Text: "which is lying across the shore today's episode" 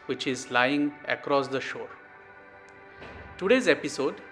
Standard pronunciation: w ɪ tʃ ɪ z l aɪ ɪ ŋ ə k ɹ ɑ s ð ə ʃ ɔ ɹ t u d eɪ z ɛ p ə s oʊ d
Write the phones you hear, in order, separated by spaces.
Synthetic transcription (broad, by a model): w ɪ tʃ ɪ z l aɪ ɪ ŋ ə k ɹ ɑ s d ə ʃ ɔ ɹ t u d eɪ z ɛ p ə s oʊ d